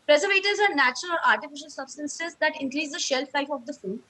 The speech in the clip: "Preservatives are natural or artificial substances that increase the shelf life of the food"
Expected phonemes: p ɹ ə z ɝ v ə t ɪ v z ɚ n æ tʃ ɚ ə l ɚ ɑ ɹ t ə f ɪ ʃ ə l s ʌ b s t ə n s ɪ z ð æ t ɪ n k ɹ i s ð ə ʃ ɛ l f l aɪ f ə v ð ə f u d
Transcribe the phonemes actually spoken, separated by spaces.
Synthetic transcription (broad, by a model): p ɹ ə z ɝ v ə t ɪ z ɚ n æ tʃ ɚ ə l ɑ ɹ t ə f ɪ ʃ ə l s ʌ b s t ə n s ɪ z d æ t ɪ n k ɹ i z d ə ʃ ɛ l f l aɪ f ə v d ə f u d